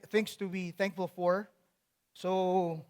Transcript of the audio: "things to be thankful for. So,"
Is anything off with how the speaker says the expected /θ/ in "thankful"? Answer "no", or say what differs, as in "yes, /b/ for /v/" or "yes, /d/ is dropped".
no